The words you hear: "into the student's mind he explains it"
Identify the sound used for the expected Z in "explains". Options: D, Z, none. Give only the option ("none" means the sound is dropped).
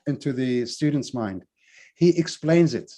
Z